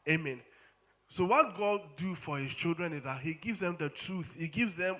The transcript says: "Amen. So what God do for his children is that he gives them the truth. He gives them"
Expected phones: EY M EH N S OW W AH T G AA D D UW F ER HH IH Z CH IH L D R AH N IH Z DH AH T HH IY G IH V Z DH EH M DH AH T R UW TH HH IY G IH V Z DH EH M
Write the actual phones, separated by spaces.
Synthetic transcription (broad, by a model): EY M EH N S OW W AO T G AA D D UW F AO HH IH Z CH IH L D R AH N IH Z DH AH T HH IY G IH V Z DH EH M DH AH T R UW TH HH IY G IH V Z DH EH M